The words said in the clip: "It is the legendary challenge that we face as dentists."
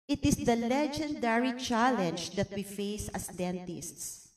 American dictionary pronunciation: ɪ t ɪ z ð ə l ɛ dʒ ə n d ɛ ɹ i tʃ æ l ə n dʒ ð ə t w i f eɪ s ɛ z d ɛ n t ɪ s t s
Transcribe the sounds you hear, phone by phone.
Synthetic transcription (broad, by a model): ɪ t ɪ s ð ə l ɛ dʒ ə n d ɛ ɹ i tʃ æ l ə n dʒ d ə t w i f eɪ s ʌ s d ɛ n t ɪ s t s